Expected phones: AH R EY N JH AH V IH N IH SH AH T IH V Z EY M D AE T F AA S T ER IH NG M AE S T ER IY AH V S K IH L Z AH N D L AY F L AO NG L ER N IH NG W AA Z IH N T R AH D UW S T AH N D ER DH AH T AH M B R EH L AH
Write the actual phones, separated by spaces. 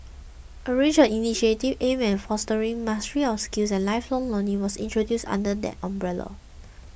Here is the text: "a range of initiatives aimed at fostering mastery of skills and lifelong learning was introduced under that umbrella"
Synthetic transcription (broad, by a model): AH R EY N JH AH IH N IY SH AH T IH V EY M EH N F AA S T ER IH NG M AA S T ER IY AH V S K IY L S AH N L AY F L AO NG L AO N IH W AA S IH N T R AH D UW S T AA N D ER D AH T AH M B R EH L AH